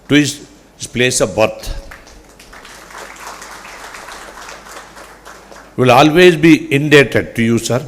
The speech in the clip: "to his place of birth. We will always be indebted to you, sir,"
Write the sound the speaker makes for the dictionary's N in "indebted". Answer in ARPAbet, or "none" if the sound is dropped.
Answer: N